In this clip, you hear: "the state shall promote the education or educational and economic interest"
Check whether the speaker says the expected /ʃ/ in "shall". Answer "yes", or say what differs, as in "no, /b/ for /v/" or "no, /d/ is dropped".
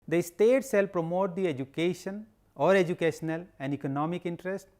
no, /s/ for /ʃ/